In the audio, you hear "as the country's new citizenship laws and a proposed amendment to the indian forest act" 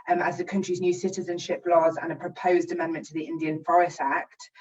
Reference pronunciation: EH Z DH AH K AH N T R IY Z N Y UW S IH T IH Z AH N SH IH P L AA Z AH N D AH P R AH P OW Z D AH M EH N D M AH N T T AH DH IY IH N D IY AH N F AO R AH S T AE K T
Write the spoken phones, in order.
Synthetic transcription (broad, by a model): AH Z DH AH K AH N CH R IY Z N Y UW S IH T IH Z AH N SH IH P L AA Z AH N AH P R AH P OW Z D AH M EH N M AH N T T AH DH IY IH N D IY AH N F AO R AH S T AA K T